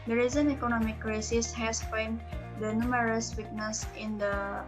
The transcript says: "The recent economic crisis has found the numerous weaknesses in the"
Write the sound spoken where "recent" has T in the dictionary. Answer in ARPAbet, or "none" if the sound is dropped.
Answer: none